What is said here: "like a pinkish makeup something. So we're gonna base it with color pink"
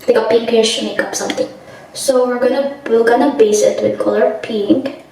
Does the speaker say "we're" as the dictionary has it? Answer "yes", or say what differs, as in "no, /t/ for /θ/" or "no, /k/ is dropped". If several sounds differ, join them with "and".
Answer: no, /l/ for /ɹ/